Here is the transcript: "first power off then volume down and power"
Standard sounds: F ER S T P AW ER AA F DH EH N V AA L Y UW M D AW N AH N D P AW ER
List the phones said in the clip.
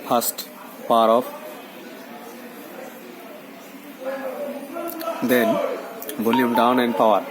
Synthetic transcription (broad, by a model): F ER S T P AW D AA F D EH N B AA L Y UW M D AW N AH N D P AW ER